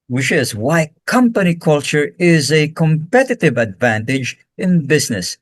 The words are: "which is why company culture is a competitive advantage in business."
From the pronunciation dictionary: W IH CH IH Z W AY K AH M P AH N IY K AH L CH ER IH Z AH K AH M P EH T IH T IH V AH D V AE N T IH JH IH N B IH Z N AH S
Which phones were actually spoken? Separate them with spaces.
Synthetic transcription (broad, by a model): W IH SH IH Z W AY K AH M P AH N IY K AH L CH ER IH Z AH K AH M P EH T IH T IH V AH D V AE N T IH JH IH N B IH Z N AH S